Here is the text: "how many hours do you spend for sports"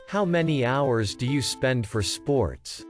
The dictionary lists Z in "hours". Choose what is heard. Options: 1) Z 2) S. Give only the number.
1